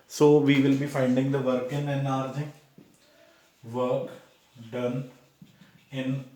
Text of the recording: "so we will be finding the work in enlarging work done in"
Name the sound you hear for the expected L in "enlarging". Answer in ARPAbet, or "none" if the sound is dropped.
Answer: none